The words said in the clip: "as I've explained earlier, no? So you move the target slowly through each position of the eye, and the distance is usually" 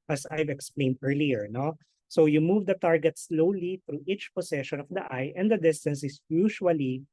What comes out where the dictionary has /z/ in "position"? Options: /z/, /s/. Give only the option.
/s/